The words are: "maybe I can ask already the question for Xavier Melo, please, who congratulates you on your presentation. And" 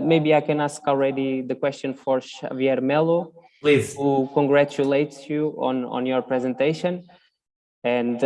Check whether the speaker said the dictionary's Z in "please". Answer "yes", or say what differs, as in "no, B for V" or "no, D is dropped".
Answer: no, Z is dropped